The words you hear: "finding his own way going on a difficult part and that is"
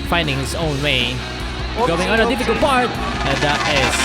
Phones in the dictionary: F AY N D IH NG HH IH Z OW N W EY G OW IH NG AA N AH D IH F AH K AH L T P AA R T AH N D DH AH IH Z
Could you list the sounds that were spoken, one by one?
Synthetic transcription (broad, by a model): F AY N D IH NG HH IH S OW N W EY G OW IH NG AA N AH D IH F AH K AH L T P AA R T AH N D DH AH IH